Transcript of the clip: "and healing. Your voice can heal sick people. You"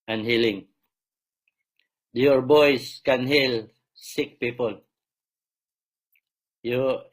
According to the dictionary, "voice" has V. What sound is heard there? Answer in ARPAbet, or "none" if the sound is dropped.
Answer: B